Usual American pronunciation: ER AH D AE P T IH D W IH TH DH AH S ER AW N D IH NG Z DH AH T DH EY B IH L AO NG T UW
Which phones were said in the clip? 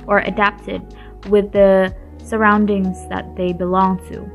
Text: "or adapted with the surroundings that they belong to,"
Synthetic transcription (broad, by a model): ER AH D AE P T IH D W IH DH AH S ER AW N D IH NG Z DH AH T DH EY B IH L AO NG T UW